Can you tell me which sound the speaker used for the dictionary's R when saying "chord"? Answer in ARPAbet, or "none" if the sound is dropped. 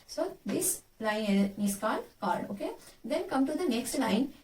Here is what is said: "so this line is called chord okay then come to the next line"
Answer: L